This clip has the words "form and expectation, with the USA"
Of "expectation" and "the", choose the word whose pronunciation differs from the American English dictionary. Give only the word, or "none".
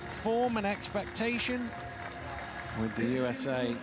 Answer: none